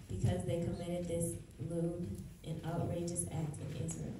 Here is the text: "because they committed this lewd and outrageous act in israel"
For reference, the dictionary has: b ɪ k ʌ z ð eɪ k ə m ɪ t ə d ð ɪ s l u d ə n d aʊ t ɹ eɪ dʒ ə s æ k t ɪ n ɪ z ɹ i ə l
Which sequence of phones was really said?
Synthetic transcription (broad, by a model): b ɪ k ʌ z ð eɪ k ə m ɪ t ə d ð ɪ s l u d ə n aʊ t ɹ eɪ dʒ ə s æ k t ɪ n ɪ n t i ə